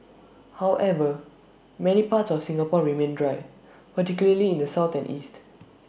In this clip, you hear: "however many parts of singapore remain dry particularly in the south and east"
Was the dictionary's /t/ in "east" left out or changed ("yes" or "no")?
no